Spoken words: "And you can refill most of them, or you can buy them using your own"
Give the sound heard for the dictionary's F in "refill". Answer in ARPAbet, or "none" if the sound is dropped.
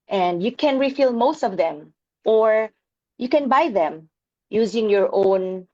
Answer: F